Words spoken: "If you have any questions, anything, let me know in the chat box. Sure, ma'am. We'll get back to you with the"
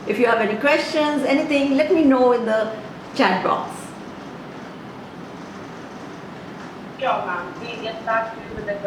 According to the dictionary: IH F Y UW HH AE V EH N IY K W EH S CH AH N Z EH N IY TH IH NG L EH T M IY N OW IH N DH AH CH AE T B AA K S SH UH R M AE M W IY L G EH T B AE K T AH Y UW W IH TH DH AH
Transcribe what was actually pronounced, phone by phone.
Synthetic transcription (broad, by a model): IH F Y UW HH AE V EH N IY K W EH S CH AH N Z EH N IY T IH NG L EH T M IY N OW IH N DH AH CH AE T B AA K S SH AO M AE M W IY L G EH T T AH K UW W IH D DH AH